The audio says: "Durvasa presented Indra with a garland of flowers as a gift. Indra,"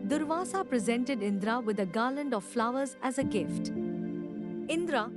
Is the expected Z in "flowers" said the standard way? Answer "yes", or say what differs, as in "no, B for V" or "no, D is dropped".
yes